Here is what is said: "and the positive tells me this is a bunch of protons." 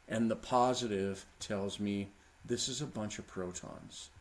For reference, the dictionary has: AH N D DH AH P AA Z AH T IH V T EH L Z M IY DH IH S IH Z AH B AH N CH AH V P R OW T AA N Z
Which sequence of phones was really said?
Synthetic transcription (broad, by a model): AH N DH AH P AA Z AH T IH V T EH L Z M IY DH IH S IH Z AH B AH N CH AH V P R OW T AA N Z